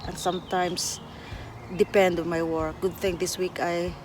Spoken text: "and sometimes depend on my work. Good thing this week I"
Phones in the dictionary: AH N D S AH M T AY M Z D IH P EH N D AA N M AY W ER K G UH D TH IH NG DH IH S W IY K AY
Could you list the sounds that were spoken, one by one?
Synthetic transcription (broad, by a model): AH N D S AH M T AY M S D IH P EH N D AA N M AY W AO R G UH D TH IH NG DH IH S W IY K AY